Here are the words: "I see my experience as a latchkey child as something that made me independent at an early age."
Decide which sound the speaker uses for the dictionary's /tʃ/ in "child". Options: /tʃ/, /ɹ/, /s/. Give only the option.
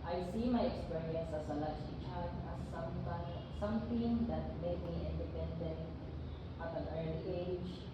/s/